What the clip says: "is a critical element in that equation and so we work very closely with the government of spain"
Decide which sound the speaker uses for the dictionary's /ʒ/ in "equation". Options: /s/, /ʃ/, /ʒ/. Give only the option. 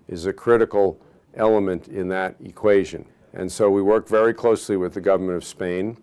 /ʒ/